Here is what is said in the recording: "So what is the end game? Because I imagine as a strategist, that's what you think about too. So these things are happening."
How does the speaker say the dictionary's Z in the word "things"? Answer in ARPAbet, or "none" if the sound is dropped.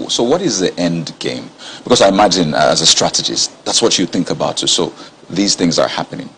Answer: Z